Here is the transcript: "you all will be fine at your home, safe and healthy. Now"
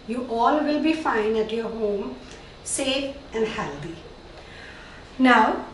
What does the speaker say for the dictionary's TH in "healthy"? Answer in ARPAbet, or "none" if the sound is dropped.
T